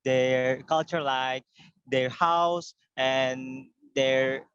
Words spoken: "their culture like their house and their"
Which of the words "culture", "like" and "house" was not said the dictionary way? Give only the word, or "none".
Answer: none